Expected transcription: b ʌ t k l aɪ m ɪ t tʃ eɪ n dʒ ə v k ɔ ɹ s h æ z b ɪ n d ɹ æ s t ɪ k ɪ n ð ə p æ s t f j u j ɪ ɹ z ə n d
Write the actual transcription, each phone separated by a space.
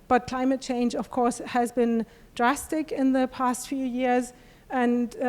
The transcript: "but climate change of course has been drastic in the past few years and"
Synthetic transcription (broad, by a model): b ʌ t k l aɪ m ɪ t tʃ eɪ n dʒ ə v k ɔ ɹ s h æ z b ɪ n d ɹ æ s t ɪ k ɪ n ð ə p æ s t f j u j ɪ ɹ z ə n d